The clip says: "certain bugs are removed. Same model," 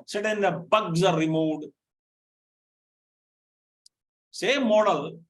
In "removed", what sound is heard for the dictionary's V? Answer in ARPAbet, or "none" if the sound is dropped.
none